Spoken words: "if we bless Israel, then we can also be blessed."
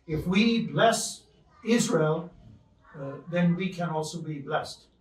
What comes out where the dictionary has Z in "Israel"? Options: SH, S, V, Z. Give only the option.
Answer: Z